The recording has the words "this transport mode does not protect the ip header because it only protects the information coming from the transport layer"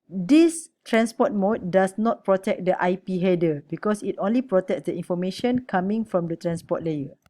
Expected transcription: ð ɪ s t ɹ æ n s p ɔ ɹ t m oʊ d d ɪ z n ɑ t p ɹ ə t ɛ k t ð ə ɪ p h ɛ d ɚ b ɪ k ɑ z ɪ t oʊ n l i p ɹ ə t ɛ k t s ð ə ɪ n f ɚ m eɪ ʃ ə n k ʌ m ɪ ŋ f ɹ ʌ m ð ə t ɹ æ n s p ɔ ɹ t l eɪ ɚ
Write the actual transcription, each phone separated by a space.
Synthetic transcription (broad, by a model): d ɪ s t ɹ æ n s p ɔ t m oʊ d d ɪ s n ɑ t p ɹ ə t ɛ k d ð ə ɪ p h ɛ d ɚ b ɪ k ɑ s ɪ t oʊ n l i p ɹ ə t ɛ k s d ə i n f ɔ m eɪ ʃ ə n k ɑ m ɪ ŋ f ɹ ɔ m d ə t ɹ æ n s p ɔ t l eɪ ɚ